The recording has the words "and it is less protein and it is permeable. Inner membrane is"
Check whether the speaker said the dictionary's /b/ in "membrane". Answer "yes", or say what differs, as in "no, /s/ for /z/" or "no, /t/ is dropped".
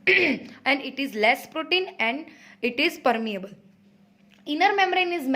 no, /b/ is dropped